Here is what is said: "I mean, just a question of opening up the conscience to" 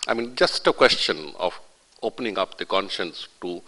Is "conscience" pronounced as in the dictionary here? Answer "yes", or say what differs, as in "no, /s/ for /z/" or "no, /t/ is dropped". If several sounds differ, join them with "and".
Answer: yes